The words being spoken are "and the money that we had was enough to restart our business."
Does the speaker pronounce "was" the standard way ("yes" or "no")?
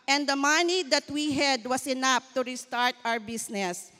no